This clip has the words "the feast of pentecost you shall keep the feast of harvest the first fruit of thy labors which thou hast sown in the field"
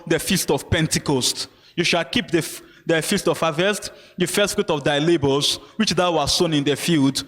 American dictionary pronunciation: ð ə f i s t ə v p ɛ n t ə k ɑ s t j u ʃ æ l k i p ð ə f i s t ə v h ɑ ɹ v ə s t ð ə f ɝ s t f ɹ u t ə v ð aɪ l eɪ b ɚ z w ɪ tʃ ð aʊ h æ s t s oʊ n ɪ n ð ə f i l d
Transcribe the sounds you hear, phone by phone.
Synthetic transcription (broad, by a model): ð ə f i s t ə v p ɛ n t ə k ɑ s t j u ʃ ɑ l k i p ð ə f i s t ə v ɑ v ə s t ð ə f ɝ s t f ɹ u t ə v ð aɪ l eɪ b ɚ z w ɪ tʃ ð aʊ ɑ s s oʊ n ɪ n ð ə f i l d